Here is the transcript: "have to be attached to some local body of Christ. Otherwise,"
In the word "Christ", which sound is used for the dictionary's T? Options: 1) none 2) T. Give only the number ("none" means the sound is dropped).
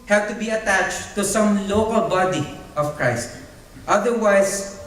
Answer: 2